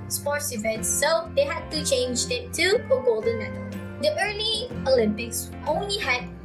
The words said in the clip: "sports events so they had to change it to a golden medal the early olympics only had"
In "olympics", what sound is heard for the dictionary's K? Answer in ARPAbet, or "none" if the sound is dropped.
K